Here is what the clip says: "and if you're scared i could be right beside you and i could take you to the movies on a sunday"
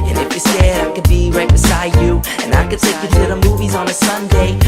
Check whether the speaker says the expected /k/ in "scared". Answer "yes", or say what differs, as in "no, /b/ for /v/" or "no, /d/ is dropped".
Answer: no, /k/ is dropped